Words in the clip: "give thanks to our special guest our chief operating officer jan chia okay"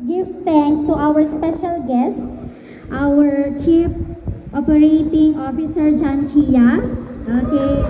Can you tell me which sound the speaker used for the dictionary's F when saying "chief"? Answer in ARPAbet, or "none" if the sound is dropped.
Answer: P